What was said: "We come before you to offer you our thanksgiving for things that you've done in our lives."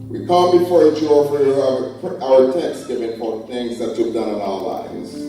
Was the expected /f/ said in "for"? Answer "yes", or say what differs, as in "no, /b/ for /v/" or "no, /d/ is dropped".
no, /p/ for /f/